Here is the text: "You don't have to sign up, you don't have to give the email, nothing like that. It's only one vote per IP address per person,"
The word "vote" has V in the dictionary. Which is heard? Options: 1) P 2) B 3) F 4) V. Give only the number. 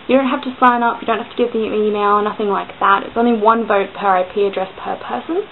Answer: 4